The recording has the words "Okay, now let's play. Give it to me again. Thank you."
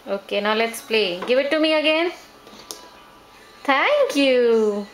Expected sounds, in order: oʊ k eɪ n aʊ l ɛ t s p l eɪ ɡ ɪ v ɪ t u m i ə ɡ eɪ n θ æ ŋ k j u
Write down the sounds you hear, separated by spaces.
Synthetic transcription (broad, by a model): oʊ k eɪ n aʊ l ɛ t s p l eɪ ɡ ɪ v ɪ t u m i ə ɡ eɪ n t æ ŋ k j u